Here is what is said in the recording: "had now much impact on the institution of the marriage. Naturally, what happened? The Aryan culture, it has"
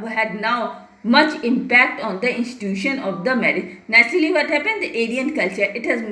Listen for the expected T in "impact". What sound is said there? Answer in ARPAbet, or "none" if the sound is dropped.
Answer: T